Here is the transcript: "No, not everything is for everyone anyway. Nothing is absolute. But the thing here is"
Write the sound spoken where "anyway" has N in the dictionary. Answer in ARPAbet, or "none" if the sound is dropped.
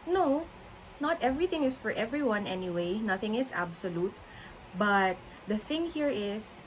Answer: N